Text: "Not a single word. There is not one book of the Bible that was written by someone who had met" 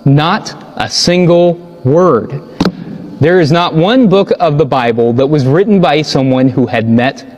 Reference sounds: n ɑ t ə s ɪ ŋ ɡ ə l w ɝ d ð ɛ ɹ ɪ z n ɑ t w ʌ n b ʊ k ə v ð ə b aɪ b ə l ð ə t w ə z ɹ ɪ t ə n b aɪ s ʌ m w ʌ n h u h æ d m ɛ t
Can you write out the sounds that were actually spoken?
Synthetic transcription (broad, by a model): n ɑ t ə s ɪ ŋ ɡ l w ɝ d ð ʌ ɹ ɪ z n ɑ t w ʌ n b ʊ k ə v ð ə b aɪ b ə l ð ə t w ə z ɹ ɪ t n b aɪ s ʌ m w ʌ n h u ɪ d m ɛ t